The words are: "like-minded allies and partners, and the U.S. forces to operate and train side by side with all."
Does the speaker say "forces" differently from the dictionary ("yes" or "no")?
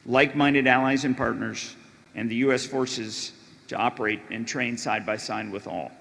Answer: no